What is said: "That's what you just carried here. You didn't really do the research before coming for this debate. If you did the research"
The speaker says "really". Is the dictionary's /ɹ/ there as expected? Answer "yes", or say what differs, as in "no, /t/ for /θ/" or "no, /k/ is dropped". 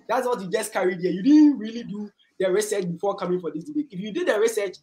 yes